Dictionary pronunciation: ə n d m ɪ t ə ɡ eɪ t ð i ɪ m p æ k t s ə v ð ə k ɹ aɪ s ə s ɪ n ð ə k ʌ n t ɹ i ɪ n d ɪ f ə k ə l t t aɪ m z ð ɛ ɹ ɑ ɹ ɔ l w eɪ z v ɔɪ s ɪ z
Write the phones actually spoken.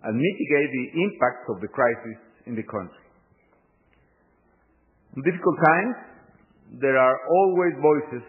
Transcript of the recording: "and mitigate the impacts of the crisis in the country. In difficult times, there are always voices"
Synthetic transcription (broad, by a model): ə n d m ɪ t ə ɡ eɪ t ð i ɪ m p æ k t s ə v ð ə k ɹ aɪ s ə s ɪ n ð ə k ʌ n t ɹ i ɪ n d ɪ f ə k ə l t t aɪ m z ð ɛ ɹ ɑ ɹ ɔ l w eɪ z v ɔɪ s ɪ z